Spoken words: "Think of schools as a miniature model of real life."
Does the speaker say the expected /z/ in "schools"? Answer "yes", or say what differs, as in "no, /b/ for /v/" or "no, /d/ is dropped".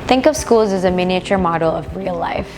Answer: yes